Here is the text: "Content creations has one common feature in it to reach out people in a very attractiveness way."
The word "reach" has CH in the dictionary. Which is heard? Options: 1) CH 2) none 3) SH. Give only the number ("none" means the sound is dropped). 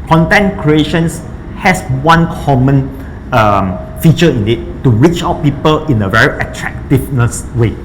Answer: 1